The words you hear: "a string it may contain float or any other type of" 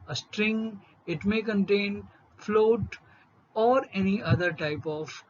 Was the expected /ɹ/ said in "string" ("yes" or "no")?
yes